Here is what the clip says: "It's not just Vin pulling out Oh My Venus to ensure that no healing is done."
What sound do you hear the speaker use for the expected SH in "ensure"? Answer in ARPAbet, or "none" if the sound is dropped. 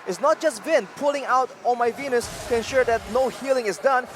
SH